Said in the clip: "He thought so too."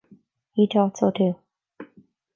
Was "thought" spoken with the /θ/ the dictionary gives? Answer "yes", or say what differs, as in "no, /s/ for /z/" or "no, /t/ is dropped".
no, /t/ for /θ/